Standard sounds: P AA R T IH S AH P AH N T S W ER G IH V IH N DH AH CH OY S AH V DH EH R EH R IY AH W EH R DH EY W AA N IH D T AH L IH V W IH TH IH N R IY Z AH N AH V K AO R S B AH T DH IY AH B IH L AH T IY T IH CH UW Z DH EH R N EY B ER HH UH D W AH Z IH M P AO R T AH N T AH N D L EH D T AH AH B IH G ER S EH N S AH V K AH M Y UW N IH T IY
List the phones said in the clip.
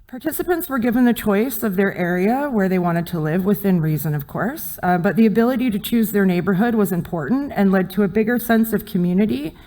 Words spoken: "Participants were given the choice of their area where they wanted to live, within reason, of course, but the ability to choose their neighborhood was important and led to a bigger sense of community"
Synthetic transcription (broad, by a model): P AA R T IH S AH P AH N T S W ER G IH V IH N DH AH CH OY S AH V DH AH R EH R IY AH W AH R DH EY W AA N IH D T AH L IH V W IH TH IH N R IY Z AH N AH V K AO R S B AH T DH IY AH B IH L AH T IY T IH CH UW Z DH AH R N EY B ER HH UH D W AH Z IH M P AO R T N T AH N L EH D T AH AH B IH G ER S EH N S AH V K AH M Y UW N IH T IY